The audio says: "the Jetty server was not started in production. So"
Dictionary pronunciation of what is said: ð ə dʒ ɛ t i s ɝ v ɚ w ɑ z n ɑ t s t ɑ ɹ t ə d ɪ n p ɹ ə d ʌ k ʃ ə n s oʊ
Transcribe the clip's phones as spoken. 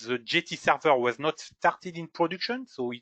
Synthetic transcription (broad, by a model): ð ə dʒ ɛ t i s ɝ v ɚ w ɑ z n ɑ t s t ɑ ɹ t ə d ɪ n p ɹ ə d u k ʃ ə n s oʊ